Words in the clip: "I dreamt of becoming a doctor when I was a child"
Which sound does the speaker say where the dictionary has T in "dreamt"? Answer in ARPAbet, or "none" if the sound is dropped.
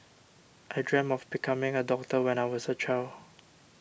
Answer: none